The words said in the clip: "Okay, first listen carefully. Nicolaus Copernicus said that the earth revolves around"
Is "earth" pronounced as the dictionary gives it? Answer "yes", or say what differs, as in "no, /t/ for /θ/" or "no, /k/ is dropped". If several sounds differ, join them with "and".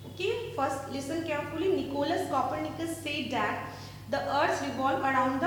no, /s/ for /θ/